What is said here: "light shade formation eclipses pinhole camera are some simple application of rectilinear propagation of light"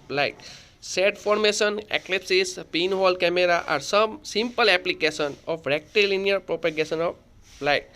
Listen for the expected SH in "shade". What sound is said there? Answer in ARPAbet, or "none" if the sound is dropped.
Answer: S